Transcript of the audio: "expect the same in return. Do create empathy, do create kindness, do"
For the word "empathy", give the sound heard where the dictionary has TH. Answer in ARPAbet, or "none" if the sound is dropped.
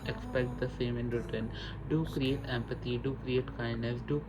T